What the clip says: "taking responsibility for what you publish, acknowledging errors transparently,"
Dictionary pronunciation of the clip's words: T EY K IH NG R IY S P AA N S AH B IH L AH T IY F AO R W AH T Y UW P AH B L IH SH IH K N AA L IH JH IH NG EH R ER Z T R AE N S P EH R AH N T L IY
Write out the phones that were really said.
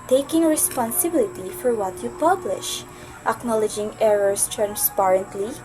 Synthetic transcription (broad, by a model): T EY K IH NG R IY S P AA N S AH B IH L AH T IY F AO R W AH T Y UW P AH B L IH SH IH K N AA L IH JH IH NG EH R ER S T R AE N S P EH R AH N T L IY